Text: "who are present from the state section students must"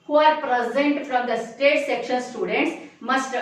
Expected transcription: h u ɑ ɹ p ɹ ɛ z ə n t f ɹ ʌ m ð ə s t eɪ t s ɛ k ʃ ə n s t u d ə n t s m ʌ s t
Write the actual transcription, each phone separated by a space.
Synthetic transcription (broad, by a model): h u ɑ ɹ p ɹ ɛ z ə n t f ɹ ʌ m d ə s t eɪ t s ɛ k ʃ ə n s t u d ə n t s m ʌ s t